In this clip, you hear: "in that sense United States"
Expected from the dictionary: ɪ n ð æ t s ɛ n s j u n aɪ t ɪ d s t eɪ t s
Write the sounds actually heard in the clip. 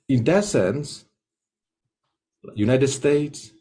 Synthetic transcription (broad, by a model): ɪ n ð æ t s ɛ n s j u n aɪ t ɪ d s t eɪ t s